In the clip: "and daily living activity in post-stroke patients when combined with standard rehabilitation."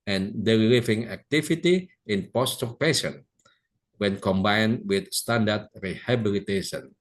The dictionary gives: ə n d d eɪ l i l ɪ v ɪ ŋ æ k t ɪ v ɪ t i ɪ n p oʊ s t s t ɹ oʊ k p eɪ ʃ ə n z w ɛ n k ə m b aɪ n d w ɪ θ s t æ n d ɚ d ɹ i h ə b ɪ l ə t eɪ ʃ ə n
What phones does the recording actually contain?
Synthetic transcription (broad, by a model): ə n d d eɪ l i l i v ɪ ŋ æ k t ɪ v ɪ t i ɪ n p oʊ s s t oʊ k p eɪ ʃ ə n w ɛ n k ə m b aɪ n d w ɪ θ s t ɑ n d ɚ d ɹ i h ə b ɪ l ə t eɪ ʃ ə n